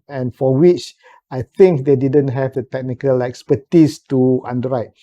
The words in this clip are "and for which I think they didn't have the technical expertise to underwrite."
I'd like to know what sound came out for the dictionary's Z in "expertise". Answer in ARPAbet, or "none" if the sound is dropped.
S